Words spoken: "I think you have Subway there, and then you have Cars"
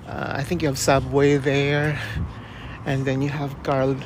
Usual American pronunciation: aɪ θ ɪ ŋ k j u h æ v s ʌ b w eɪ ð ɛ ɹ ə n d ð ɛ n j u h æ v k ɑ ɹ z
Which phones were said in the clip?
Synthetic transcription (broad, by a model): aɪ θ ɪ ŋ k j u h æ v s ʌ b w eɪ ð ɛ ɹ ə n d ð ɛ n j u h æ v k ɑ ɹ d